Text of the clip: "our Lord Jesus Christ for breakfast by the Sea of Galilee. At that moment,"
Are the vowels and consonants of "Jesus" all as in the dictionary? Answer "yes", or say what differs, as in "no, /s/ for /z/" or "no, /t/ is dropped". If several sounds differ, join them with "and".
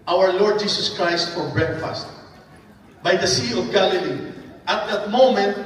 no, /s/ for /z/